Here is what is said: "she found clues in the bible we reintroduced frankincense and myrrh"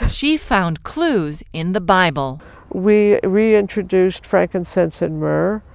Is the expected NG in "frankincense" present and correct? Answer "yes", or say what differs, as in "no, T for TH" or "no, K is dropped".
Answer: yes